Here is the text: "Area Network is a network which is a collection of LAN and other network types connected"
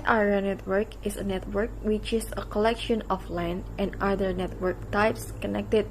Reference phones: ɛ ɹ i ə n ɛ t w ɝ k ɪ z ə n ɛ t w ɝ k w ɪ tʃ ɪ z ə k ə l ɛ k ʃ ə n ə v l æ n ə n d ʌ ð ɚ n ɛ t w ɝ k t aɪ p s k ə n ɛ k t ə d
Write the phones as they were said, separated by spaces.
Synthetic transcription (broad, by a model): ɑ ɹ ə n ɛ t w ɝ k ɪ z ə n ɛ t w ɝ k w ɪ tʃ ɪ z ə k ə l ɛ k ʃ ə n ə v l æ n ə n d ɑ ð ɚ n ɛ t w ɝ k t aɪ p s k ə n ɛ k t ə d